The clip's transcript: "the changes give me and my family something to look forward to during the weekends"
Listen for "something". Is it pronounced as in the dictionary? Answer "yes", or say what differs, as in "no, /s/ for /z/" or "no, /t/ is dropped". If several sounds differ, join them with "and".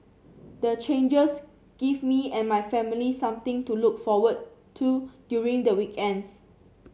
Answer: no, /t/ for /θ/